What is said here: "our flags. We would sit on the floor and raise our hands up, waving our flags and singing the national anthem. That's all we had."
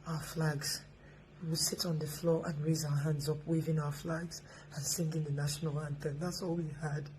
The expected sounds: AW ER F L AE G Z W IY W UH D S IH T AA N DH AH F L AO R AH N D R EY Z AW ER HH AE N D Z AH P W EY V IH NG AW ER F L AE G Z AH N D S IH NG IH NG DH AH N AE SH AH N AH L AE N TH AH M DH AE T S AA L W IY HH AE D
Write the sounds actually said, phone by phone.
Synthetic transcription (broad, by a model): AW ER F L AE G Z W IY W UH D S IH T N DH AH F L AO R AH N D R EY Z AW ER HH AE N D Z AH P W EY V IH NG AW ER F L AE G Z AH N S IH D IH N DH AH N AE SH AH N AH L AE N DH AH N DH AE T S AA L W IY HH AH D